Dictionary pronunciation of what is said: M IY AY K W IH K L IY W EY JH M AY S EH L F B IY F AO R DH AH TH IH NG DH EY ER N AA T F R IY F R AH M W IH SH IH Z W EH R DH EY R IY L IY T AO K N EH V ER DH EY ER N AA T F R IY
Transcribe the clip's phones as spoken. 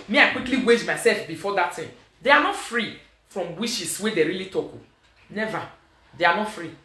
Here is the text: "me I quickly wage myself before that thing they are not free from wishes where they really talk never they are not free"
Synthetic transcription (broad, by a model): M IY AY K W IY K L IY W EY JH M AY S EH L F B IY F AO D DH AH T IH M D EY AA N AA T F R IY F R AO M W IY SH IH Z W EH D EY R IY L IY T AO K N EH V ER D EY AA N AA T F R IY